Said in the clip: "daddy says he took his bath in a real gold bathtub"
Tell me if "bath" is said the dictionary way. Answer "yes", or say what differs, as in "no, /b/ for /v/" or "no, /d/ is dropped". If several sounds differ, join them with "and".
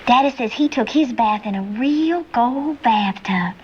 yes